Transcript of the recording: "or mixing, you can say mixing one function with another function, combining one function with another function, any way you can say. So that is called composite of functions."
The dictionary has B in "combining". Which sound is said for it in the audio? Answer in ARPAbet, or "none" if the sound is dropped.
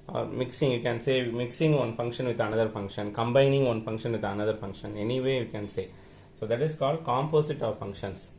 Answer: B